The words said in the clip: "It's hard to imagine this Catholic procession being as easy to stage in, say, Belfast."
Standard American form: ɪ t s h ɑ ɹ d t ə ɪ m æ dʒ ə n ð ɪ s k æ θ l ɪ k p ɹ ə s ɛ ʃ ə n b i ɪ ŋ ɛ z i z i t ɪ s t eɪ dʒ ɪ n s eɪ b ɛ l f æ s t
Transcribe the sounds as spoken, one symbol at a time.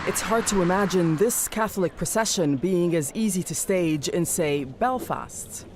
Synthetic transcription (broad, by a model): ɪ t s h ɑ ɹ d t ə ɪ m æ dʒ ə n ð ɪ s k æ θ l ɪ k p ɹ ə s ɛ ʃ ə n b i ɪ ŋ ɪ z i z i t ɪ s t eɪ dʒ ɪ n s eɪ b ɛ l f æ s t